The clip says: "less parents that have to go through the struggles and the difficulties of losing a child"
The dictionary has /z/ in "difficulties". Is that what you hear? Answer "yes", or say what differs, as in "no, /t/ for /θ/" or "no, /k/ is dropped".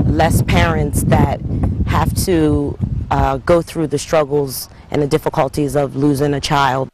yes